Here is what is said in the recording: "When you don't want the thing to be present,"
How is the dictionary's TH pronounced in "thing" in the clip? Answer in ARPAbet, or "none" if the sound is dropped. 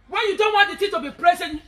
T